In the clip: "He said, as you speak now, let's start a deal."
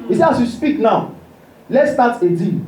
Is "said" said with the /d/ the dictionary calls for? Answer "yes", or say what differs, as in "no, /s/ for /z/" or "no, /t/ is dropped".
no, /d/ is dropped